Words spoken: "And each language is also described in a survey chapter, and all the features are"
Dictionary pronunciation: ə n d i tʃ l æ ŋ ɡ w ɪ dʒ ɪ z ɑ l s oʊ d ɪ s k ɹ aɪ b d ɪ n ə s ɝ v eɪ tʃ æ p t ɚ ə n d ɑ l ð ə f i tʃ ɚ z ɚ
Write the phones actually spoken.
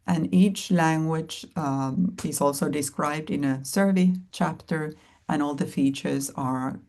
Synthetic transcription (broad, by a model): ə n i tʃ l æ ŋ ɡ w ɪ dʒ ɪ z ɑ l s oʊ d ɪ s k ɹ aɪ b d ɪ n ə s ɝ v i tʃ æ p t ɚ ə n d ɑ l ð ə f i tʃ ɚ z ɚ